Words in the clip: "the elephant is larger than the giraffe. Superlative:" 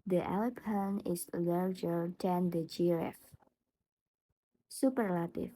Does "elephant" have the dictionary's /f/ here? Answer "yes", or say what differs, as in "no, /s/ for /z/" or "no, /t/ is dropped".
no, /p/ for /f/